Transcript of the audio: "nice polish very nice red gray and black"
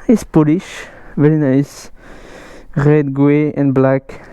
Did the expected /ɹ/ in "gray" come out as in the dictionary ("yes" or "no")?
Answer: no